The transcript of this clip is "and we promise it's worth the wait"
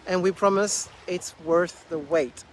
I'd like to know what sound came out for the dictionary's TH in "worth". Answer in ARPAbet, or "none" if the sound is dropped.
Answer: TH